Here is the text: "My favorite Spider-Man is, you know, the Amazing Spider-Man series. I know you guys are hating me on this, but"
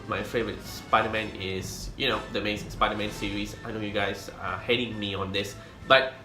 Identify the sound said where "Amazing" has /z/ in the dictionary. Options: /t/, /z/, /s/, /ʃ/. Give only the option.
/s/